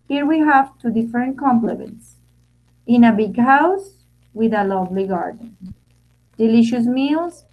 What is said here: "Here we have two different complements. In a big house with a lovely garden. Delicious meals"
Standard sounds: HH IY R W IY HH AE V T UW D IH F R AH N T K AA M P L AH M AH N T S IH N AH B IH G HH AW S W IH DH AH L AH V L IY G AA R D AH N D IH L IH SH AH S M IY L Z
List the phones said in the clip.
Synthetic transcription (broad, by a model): HH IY R W IY HH AE V T UW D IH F AH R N K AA M P L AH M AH N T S IH N AH B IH G HH AW S W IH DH AH L AH V L IY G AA R D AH N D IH L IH SH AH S M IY L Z